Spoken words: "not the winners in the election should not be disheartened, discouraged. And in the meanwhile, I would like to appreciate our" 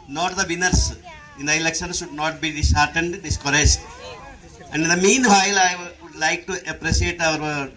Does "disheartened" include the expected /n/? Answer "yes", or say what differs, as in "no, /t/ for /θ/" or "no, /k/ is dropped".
yes